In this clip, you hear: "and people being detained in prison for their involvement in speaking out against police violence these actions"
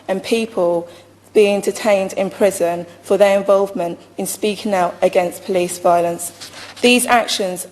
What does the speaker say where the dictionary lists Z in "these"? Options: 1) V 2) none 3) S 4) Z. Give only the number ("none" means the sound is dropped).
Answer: 4